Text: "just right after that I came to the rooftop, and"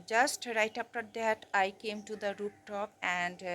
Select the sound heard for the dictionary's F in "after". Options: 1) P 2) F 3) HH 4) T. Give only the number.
1